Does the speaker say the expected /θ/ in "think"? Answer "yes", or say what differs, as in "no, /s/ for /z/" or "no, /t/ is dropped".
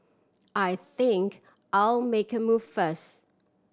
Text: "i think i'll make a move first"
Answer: yes